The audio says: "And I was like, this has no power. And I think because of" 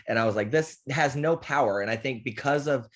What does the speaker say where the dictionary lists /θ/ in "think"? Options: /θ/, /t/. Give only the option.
/θ/